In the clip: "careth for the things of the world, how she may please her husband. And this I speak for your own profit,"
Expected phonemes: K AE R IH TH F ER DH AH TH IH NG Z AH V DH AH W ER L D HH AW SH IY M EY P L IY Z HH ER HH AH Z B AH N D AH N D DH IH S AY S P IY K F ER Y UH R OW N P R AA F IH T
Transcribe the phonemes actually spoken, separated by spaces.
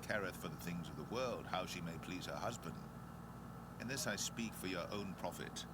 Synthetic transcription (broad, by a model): K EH R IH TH F ER DH AH TH IH NG Z AH V DH AH W ER L D HH AW SH IY M EY P L IY Z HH ER HH AH Z B AH N D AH N DH IH S AY S P IY K F ER Y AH R OW N P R AA F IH T